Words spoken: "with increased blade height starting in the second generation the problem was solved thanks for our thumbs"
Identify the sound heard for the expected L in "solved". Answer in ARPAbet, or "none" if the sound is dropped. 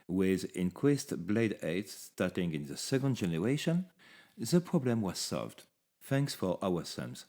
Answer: L